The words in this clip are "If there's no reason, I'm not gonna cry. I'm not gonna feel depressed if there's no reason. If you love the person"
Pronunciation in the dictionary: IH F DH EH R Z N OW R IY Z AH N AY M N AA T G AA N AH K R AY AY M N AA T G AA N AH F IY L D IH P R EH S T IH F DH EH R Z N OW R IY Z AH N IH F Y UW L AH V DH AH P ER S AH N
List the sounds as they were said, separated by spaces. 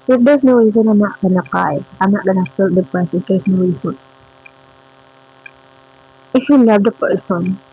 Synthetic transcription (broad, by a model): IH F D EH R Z N OW R IY Z AH N AY M N AA T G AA N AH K AY AY M N AA T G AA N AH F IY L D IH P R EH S IH F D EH R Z N OW R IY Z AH N IH F Y UW L AH V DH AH P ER S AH N